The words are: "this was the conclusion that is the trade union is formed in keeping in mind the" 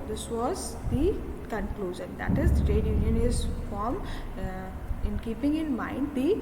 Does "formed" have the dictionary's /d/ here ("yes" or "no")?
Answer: no